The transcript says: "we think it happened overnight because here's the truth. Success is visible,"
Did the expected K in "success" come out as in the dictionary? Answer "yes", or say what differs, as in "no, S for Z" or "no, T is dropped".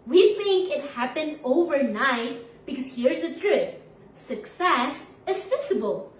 yes